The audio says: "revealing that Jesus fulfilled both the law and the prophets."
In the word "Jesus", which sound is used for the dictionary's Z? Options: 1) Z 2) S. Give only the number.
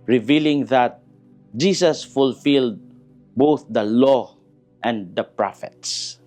2